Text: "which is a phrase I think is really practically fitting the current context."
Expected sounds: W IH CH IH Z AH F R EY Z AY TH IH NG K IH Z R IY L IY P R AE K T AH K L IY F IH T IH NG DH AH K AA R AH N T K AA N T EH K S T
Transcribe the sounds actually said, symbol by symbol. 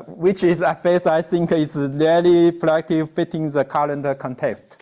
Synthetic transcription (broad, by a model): W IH CH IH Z AH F EY S AY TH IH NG K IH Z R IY L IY P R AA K T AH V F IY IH T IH NG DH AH K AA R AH N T K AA N T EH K S T